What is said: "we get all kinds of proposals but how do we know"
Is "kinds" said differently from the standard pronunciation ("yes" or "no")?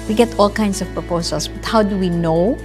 yes